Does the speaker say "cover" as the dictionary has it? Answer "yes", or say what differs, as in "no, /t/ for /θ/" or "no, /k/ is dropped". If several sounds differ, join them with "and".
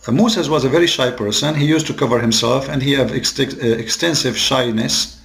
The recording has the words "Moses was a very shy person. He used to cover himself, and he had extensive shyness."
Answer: yes